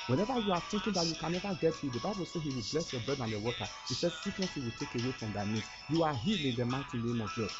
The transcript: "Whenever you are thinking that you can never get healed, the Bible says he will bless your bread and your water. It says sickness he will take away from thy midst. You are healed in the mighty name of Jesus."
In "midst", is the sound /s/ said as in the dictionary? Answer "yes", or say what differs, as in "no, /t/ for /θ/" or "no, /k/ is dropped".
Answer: no, /s/ is dropped